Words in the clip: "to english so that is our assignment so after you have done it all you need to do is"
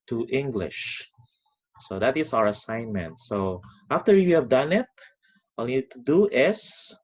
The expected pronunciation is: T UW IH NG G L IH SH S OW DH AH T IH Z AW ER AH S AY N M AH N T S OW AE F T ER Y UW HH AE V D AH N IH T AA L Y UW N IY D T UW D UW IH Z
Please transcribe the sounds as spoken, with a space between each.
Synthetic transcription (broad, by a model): T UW IH NG G L IH SH S OW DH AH T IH S AW ER AH S AY N M AH N T S OW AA F T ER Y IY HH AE V D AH N IH T AA L N IY D T UW D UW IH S